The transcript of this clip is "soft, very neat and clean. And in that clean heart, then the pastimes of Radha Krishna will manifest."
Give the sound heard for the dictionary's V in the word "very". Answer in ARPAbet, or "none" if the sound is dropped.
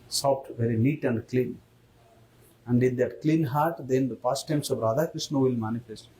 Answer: V